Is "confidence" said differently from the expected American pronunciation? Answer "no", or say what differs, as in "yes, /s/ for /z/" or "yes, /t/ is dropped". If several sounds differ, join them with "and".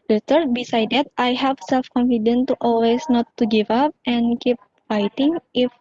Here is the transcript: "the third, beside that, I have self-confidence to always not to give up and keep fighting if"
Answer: yes, /s/ is dropped